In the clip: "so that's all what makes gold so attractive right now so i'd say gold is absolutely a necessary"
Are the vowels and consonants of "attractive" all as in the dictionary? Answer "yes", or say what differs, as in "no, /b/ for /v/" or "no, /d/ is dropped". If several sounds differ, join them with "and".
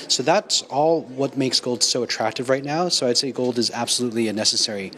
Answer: yes